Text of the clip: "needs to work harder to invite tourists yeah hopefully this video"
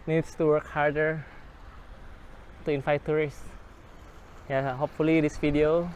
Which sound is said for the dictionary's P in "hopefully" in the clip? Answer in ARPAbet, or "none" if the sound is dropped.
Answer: P